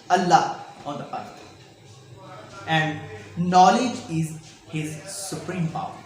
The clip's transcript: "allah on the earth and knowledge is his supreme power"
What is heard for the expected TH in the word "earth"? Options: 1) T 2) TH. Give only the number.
1